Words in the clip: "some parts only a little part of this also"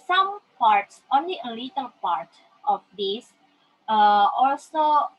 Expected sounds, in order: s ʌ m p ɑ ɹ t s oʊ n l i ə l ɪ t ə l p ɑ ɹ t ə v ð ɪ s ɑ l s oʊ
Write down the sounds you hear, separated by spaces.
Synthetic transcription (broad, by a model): s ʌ m p ɑ ɹ t s oʊ n l i ə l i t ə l p ɑ ɹ t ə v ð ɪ s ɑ l s oʊ